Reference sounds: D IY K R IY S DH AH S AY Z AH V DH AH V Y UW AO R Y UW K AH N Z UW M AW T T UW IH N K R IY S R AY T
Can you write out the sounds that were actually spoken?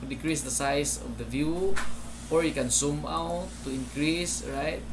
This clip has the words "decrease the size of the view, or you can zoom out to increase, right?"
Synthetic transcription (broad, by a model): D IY K R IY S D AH S AY S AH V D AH V Y UW AO R Y UW K AH N S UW M AW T T UW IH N K R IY S R AY T